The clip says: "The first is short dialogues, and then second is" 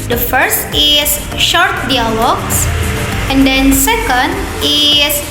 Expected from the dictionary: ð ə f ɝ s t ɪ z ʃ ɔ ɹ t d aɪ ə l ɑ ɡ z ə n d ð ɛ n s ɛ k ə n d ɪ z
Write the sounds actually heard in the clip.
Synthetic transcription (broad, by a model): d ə f ɝ s t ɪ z ʃ ɔ ɹ t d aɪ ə l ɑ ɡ s ə n d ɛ n s ɛ k ə n d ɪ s